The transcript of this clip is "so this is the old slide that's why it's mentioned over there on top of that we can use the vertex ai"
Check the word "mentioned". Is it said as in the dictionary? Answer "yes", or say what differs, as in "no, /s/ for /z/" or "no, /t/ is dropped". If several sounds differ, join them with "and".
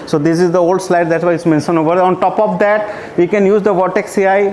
no, /d/ is dropped